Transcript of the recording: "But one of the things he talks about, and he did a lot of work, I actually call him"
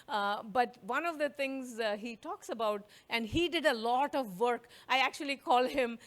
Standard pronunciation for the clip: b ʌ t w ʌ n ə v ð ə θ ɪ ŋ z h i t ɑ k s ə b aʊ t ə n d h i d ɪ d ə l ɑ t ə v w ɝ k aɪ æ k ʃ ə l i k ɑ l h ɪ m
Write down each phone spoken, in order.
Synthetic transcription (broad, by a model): b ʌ t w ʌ n ə v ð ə t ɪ ŋ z h i t ɑ k s ə b aʊ t ə n d h i d ɪ d ə l ɑ t ə v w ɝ k aɪ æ k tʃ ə l i k ɑ l h ɪ m